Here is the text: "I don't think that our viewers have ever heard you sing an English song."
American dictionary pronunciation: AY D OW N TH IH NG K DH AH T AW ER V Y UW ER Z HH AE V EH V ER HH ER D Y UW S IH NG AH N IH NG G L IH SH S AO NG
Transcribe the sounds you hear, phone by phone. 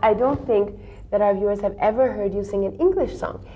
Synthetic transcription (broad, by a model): AY D OW N TH IH NG K DH AH T AW ER V Y UW ER Z HH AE V EH V ER HH ER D Y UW S IH NG AH N IH NG G L IH SH S AO NG